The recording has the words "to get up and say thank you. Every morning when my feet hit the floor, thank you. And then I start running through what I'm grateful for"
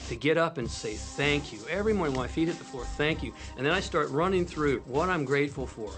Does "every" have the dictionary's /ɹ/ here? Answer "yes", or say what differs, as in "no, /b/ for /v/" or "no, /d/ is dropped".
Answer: yes